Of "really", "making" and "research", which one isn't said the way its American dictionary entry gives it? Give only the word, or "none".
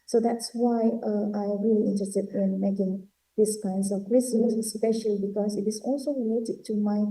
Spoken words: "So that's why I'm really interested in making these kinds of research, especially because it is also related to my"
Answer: research